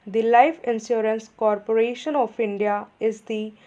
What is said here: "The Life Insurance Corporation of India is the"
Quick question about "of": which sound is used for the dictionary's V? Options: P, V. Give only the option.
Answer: P